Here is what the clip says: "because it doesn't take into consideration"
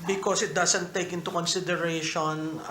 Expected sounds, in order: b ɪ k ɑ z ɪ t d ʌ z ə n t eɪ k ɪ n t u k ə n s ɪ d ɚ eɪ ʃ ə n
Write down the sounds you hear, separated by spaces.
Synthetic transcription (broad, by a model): b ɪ k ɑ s ɪ t d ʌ s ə n t eɪ k ɪ n t u k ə n s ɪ d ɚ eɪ ʃ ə n